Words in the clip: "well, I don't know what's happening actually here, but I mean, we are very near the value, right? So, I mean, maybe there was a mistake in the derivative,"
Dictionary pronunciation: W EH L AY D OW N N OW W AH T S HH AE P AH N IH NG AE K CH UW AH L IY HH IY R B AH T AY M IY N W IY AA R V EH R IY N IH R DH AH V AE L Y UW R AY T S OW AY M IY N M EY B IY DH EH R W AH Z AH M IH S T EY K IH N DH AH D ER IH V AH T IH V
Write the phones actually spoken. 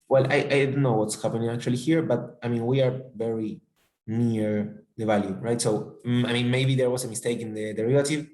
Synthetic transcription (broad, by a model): W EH L AY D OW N N OW W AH T S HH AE P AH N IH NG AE K CH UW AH L IY HH IY R B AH T AY M IY N W IY AA R V EH R IY N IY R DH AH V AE L Y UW R AY T S OW AY M IY N M EY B IY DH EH R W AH S AH M IH S T EY K IH N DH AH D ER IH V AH T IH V